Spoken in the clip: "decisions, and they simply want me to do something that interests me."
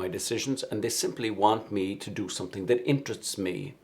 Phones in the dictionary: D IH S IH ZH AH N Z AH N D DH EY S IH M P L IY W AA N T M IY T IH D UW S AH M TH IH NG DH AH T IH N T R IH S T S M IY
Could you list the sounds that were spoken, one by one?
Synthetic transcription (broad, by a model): D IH S IH ZH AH N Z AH N DH EY S IH M P L IY W AA N T M IY T IH D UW S AH M TH IH NG DH AH T IH N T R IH S T S M IY